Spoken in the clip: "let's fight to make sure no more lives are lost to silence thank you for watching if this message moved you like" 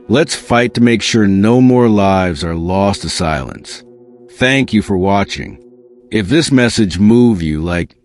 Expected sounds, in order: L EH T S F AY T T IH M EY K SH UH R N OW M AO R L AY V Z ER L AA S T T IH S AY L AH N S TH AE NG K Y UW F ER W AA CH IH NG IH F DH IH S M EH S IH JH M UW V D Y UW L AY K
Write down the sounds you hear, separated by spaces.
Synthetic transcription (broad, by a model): L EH T S F AY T T IH M EY K SH UH R N OW M AO R L AY V Z ER L AA S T T IH S AY L AH N S TH AE NG K Y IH F ER W AA CH IH NG IH F DH IH S M EH S IH JH M UW V Y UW L AY K